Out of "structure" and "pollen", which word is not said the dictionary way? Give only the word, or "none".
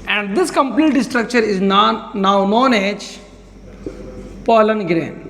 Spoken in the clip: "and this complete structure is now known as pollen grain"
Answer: none